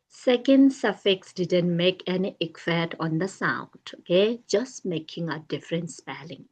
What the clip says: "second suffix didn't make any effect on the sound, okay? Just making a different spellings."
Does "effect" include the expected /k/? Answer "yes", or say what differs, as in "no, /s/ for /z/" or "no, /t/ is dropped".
no, /k/ is dropped